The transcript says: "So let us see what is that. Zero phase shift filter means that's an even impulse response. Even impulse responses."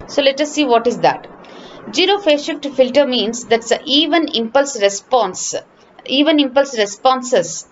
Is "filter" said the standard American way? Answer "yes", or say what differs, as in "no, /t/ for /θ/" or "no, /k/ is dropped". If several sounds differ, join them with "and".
yes